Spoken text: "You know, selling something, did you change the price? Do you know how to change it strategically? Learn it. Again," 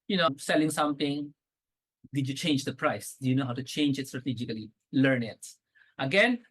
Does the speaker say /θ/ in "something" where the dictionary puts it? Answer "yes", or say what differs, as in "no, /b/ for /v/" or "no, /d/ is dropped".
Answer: no, /t/ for /θ/